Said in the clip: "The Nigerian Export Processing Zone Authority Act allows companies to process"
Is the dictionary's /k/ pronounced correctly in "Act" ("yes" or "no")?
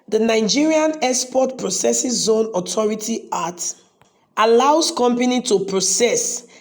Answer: no